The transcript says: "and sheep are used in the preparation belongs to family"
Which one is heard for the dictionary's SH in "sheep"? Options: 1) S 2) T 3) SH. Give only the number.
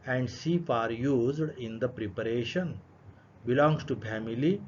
1